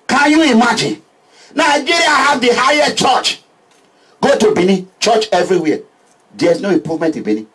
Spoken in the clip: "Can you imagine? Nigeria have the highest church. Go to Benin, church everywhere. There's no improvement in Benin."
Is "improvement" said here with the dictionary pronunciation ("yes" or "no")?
no